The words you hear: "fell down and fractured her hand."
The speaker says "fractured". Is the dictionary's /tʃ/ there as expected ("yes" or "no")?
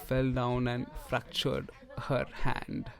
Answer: yes